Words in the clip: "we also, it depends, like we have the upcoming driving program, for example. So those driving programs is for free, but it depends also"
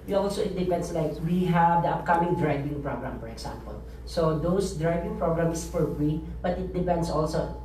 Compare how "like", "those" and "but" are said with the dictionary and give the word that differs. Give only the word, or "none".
those